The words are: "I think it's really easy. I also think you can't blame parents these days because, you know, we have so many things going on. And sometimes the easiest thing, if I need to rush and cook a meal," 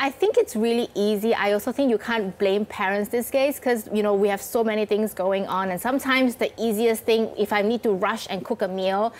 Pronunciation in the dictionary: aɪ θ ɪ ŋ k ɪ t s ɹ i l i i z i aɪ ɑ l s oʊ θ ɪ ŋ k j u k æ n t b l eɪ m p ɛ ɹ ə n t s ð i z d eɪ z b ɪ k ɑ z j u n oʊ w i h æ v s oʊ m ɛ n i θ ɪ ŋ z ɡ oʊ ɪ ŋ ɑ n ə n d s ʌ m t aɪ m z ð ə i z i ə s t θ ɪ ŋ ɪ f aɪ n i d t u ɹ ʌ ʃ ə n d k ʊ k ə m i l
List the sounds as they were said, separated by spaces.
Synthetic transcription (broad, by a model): aɪ θ ɪ ŋ k ɪ t s ɹ i l i i z i aɪ ɑ l s oʊ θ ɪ ŋ k j u k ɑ n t b l eɪ m p ɛ ɹ ə n t s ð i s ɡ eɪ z k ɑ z j u n oʊ w i h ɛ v s oʊ m ɛ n i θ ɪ ŋ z ɡ oʊ ɪ ŋ ɑ n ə n s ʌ m t aɪ m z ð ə i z i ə s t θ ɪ ŋ ɪ f aɪ n i d t u ɹ ʌ ʃ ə n k ʊ k ə m i l